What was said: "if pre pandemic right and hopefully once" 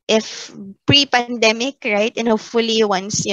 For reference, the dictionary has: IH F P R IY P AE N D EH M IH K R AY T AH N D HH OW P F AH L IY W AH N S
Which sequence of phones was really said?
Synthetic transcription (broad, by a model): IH F P R IY P AE N D EH M IH K R AY T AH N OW F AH L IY W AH N S